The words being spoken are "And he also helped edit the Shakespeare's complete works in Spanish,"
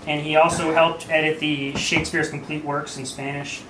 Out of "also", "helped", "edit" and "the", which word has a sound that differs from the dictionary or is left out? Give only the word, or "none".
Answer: none